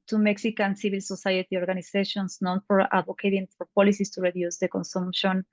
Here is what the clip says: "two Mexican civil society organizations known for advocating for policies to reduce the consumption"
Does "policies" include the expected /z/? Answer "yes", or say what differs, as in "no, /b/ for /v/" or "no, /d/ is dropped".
no, /s/ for /z/